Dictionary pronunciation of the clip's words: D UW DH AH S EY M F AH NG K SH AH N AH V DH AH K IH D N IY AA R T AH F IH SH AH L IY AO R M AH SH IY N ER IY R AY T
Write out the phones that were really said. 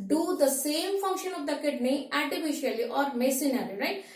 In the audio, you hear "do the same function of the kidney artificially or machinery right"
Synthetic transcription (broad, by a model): D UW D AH S EY M F AH NG K SH AH N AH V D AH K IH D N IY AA R T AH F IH SH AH L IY AO R M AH S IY N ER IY R AY T